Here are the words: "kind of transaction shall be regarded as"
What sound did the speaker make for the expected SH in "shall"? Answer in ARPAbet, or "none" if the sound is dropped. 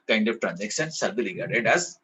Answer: S